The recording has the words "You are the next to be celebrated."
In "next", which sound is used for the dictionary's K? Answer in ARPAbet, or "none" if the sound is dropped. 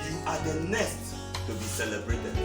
none